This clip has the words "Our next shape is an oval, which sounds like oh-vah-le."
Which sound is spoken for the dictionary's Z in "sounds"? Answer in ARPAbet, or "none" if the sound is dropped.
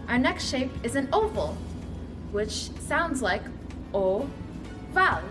Z